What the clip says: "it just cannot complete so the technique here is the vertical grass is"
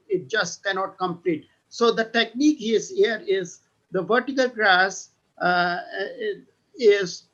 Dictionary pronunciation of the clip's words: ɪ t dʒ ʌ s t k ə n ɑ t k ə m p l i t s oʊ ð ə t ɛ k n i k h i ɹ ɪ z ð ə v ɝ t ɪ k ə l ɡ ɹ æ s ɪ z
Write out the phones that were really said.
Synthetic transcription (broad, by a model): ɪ t dʒ ʌ s t k ə n ɑ t k ə m p l i t s oʊ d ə t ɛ k n i k h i ɹ ɪ z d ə v ɝ t ɪ k ə l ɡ ɹ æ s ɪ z